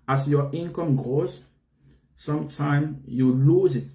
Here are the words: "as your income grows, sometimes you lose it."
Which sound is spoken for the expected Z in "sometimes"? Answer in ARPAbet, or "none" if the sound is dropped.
none